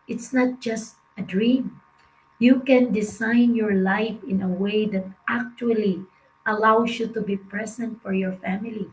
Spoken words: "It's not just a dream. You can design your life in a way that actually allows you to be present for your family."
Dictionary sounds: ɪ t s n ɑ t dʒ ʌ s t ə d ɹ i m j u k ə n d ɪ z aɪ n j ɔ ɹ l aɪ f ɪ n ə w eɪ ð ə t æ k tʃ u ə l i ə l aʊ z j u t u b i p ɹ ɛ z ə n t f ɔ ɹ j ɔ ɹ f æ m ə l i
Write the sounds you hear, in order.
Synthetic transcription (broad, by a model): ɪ t s n ɑ t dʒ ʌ s t ə d ɹ i m j u k ə n d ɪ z aɪ n j ɔ ɹ l aɪ f ɪ n ə w eɪ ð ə t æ k tʃ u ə l i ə l aʊ s j u t u b i p ɹ ɛ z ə n t f ɔ ɹ j ɔ ɹ f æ m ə l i